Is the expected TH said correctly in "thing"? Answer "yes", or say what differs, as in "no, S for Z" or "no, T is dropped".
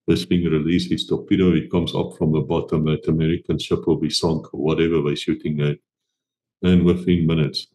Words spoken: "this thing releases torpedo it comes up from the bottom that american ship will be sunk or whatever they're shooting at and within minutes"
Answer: no, F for TH